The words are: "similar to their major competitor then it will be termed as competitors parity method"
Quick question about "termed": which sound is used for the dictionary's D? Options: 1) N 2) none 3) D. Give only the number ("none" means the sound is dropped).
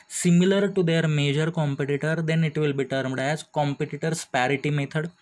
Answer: 3